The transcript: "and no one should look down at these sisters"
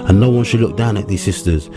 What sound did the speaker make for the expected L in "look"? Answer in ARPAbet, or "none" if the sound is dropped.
L